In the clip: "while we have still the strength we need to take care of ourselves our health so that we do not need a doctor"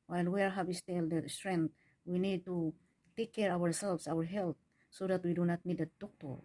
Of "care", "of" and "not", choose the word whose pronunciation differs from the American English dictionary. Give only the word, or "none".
of